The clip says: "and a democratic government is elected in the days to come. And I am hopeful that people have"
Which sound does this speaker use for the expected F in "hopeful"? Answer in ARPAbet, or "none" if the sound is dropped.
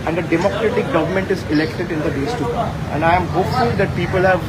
none